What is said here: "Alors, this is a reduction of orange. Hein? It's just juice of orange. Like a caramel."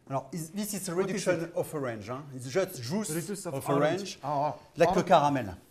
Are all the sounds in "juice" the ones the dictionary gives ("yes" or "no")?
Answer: no